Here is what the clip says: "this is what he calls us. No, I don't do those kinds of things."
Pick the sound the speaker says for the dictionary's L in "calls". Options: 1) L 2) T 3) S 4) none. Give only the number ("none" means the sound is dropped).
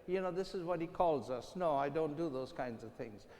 1